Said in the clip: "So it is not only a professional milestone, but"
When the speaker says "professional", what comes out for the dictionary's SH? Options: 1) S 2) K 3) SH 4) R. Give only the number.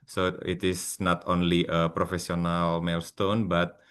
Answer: 1